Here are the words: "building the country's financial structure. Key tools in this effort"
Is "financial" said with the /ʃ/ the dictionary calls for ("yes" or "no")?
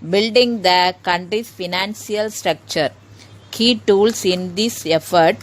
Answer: no